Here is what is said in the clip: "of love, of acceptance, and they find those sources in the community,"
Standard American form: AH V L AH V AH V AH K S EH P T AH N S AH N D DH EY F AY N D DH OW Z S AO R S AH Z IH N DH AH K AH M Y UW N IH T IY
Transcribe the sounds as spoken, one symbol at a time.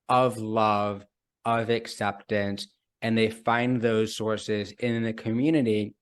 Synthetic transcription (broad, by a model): AH V L AH V AH V AH K S EH P T AH N S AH N DH EY F AY N DH OW Z S AO R S AH Z IH N DH AH K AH M Y UW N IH T IY